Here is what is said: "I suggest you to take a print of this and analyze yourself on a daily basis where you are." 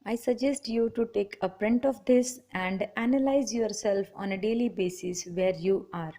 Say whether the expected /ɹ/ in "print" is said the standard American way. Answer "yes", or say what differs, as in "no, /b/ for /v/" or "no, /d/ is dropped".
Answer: yes